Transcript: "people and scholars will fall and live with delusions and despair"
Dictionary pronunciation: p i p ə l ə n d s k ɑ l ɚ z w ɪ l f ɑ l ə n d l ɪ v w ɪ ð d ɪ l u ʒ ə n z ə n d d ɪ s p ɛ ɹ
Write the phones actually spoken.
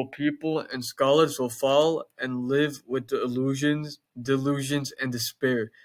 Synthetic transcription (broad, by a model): p i p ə l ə n s k ɑ l ɚ z w ɪ l f ɑ l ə n l ɪ v w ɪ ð d ɪ l u ʒ ə n z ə n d d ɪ s p ɛ ɹ